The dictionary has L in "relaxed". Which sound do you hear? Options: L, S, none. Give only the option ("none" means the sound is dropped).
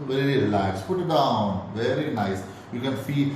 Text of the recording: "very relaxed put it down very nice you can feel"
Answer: none